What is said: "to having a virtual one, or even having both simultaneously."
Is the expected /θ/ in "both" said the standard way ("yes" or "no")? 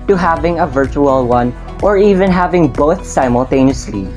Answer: yes